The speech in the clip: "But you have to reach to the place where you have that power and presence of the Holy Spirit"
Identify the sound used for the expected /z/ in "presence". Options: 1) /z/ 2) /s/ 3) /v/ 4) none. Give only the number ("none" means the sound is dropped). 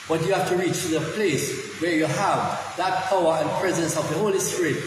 1